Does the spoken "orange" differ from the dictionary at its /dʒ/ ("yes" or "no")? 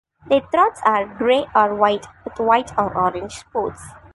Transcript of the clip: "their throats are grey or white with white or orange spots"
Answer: no